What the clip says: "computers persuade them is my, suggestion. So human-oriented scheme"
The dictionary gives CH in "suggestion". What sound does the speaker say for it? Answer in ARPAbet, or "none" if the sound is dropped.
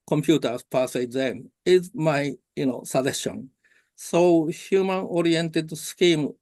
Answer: none